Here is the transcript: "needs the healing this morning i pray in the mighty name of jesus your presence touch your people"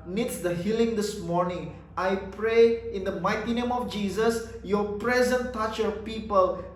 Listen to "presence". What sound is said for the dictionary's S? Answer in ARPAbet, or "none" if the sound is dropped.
none